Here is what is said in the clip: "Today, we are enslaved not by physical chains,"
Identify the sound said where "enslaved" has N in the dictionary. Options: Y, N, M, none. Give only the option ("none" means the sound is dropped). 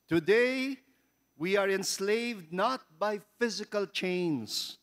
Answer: N